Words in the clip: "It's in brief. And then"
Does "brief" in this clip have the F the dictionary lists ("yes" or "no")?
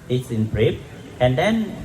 no